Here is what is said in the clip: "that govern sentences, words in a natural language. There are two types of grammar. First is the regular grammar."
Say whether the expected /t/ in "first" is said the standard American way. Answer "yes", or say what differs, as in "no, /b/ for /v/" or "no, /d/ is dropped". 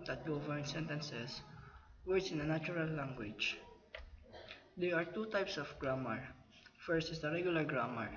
yes